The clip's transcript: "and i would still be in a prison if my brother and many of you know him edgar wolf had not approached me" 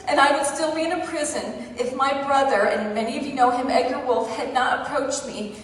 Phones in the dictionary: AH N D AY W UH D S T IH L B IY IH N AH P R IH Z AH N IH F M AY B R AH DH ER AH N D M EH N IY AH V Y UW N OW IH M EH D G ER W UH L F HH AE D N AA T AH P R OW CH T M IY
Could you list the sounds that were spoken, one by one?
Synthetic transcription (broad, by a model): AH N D AY W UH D S T IH L B IY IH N AH P R IH Z AH N IH F M AY B R AH DH ER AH N M EH N IY AH V Y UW N OW IH M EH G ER W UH L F HH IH D N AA T AH P R OW CH T M IY